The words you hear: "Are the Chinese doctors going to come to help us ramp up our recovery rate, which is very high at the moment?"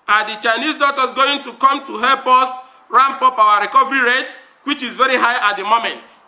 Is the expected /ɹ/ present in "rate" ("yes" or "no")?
yes